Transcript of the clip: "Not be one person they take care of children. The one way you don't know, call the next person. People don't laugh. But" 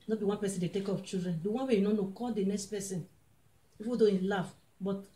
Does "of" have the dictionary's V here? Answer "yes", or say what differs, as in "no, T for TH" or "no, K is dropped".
no, P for V